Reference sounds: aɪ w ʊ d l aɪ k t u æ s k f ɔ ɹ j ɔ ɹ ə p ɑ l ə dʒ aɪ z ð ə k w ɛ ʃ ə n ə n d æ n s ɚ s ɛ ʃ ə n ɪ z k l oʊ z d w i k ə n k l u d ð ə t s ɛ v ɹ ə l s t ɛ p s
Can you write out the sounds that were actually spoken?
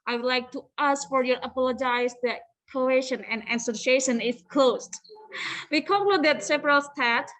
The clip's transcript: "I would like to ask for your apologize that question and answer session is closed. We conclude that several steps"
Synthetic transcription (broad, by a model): aɪ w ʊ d l aɪ k t u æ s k f ɔ ɹ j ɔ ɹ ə p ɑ l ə dʒ aɪ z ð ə k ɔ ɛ ʃ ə n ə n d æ s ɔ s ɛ ʃ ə n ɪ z k l oʊ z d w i k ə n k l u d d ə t s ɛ p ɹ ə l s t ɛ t